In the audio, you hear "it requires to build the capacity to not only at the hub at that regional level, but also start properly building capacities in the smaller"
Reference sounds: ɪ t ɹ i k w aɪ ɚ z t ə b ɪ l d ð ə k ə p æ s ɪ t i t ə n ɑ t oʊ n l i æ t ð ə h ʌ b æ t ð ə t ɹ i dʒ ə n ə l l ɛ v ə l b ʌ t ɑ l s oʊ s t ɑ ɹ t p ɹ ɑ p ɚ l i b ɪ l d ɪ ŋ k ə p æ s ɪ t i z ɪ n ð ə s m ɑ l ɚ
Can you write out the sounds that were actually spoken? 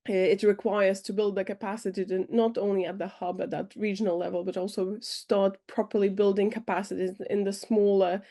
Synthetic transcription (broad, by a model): ɪ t ɹ i k w aɪ ɚ z t ə b ɪ l d ð ə k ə p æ s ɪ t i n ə t oʊ n l i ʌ t ð ə h ʌ b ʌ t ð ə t ɹ i dʒ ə n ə l l ɛ v ə l b ʌ t ɑ l s oʊ s t ɑ ɹ t p ɹ ɑ p ɚ l i b ɪ l d ɪ ŋ k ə p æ s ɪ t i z ɪ n ð ə s m ɑ l ɚ